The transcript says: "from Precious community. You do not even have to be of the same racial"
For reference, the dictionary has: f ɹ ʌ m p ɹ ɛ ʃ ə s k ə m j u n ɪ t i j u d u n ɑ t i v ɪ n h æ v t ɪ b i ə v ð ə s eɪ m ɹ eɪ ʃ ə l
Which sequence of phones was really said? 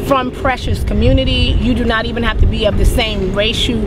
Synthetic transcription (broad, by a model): f ɹ ʌ m p ɹ ɛ ʃ ə s k ə m j u n ɪ t i j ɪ d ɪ n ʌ t i v ɪ n h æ f t ɪ b i ə v ð ə s eɪ m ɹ eɪ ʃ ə